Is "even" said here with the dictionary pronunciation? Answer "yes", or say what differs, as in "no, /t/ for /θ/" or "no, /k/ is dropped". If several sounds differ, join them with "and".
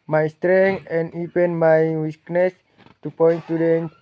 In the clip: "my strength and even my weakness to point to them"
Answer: no, /p/ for /v/